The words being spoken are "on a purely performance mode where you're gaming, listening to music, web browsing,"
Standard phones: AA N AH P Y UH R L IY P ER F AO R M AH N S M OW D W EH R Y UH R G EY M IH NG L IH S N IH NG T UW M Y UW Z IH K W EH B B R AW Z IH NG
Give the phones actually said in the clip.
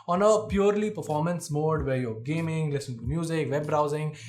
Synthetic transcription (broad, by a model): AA N AH P Y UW R L IY P ER F AO R M AH N S M OW D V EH R Y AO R G EY M IH NG L IH S IH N T UW M Y UW Z IH K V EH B B R AW Z IH NG